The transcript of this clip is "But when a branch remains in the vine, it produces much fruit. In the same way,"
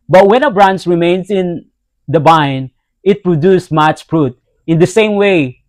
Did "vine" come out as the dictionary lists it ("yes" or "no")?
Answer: no